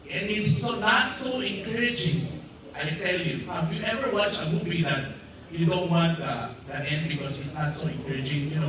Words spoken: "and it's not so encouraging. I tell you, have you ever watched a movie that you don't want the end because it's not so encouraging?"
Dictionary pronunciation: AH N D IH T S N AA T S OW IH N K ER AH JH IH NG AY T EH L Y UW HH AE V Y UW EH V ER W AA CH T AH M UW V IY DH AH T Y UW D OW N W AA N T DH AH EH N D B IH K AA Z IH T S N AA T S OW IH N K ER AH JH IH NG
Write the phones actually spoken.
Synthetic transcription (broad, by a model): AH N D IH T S N AA T S OW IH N K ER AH JH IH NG AY T EH L Y UW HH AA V Y UW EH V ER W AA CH AH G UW B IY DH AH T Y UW D OW N W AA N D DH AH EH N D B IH K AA S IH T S N AA T S OW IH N K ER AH JH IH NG